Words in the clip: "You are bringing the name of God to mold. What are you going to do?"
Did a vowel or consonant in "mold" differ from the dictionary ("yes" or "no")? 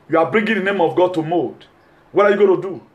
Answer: yes